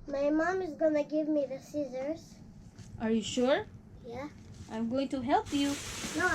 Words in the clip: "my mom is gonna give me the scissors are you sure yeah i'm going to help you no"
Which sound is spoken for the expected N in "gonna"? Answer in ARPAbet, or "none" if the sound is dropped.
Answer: N